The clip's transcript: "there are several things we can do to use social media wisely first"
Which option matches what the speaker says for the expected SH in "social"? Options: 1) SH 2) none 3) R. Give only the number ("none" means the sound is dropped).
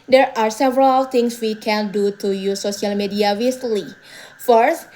2